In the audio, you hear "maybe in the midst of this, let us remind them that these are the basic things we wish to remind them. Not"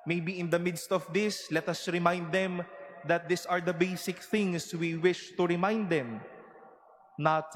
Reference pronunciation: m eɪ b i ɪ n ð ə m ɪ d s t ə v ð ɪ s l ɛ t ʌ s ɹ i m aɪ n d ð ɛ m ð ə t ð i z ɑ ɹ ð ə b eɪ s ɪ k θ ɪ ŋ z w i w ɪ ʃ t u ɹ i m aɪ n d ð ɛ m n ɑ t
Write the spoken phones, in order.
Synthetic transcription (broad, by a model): m eɪ b i ɪ n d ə m ɪ d s t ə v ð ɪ s l ɛ t ʌ s ɹ i m aɪ n d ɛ m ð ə t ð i s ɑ ɹ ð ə b eɪ s ɪ k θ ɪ ŋ s w i w ɪ ʃ t u ɹ i m aɪ n d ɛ m n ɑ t